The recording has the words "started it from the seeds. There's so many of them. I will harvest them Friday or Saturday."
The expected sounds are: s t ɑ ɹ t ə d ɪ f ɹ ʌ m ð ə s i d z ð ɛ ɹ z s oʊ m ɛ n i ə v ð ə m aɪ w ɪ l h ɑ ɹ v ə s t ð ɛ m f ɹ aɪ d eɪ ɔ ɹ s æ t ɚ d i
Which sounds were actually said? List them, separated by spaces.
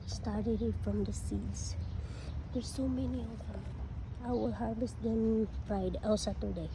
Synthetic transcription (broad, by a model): s t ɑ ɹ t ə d ɪ f ɹ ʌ m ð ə s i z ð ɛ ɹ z s oʊ m ɛ n i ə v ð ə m aɪ w ɪ l h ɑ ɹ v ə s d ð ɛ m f ɹ aɪ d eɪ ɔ l s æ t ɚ d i